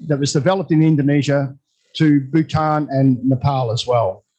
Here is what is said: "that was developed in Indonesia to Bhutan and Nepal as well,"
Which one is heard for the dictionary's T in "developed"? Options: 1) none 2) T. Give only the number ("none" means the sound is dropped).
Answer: 2